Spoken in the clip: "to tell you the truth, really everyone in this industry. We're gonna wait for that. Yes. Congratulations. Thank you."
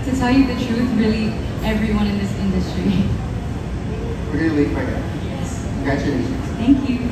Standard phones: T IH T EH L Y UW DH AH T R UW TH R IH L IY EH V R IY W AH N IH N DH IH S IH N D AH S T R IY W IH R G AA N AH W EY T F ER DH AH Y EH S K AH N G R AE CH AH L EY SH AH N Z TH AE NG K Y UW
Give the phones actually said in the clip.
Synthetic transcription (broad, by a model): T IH T EH L Y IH DH AH T R UW TH R IH L IY EH V R IY W AH N IH N DH IH S IH N D AH S T R IY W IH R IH L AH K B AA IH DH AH Y EH S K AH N G R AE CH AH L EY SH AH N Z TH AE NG K Y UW